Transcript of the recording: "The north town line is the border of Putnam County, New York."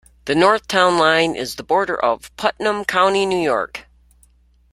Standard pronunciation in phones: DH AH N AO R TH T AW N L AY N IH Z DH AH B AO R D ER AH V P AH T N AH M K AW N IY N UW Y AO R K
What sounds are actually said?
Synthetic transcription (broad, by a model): DH AH N AO R TH T AW N L AY N IH Z DH AH B AO R D ER AH V P AH T N AH M K AW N IY N UW Y AO R K